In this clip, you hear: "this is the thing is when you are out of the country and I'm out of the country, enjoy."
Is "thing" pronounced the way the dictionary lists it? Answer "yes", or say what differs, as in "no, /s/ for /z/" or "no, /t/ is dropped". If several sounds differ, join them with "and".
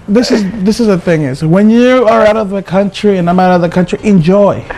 yes